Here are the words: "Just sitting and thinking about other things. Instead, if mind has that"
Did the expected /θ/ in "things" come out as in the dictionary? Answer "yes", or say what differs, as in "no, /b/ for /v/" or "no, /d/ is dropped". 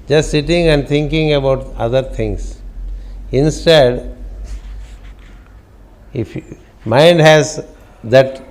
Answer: no, /t/ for /θ/